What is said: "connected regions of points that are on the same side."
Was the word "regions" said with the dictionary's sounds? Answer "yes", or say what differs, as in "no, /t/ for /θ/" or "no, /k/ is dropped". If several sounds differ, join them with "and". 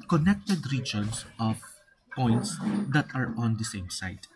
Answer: no, /s/ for /z/